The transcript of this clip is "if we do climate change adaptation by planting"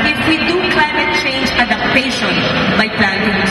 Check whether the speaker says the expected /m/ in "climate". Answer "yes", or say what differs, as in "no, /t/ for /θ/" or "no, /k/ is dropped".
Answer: yes